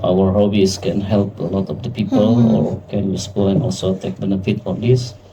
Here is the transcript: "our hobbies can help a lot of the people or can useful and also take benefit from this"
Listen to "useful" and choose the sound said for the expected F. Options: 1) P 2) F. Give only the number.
1